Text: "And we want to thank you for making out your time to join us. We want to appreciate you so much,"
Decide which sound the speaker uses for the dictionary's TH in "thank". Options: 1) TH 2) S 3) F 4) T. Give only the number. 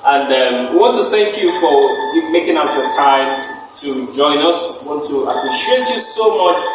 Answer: 1